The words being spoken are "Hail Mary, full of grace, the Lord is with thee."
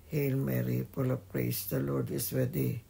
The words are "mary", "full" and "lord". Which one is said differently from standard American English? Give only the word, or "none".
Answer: full